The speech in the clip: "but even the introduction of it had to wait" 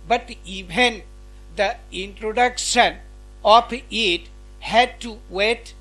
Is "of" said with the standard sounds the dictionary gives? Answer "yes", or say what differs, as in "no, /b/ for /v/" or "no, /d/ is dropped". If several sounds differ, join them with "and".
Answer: no, /p/ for /v/